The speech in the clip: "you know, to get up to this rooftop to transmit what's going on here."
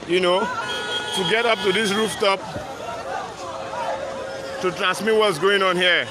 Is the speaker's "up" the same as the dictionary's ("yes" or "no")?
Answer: yes